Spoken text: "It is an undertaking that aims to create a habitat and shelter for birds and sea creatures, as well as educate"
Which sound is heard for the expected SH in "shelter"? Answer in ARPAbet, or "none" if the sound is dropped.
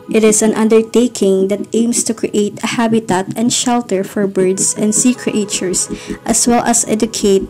SH